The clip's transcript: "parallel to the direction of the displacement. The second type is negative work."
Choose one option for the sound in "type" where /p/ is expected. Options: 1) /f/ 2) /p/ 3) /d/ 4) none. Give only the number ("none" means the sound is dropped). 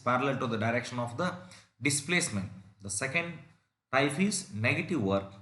1